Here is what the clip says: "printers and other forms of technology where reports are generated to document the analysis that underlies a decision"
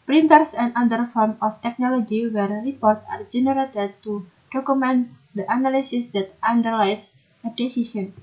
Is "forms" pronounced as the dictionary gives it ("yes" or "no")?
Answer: no